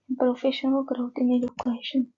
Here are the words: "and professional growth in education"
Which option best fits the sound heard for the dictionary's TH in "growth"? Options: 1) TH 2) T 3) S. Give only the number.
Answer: 2